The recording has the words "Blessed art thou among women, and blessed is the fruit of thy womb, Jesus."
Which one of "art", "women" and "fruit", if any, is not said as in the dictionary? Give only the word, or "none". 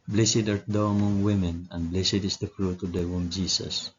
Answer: none